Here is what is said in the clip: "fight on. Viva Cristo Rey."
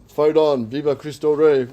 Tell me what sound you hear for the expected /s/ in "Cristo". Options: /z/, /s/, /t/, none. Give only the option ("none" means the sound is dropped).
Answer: /s/